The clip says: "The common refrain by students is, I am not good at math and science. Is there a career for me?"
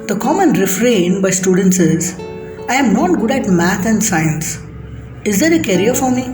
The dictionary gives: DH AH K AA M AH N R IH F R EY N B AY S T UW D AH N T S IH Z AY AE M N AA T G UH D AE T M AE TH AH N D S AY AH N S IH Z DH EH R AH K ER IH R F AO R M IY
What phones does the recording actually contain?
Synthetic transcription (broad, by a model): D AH K AA M AH N R IH F R EY N B AY S T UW D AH N T S IH Z AY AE M N AA T G UH D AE T M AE T AH N D S AY AH N S IH Z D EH R AH K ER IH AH F AO R M IY